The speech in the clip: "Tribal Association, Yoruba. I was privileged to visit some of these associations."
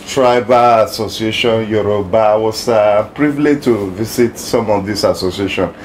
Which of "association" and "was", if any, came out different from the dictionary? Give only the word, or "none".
was